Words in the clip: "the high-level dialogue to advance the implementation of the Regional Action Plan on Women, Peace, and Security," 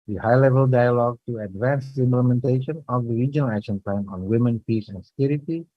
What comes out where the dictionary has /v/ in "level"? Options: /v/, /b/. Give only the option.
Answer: /v/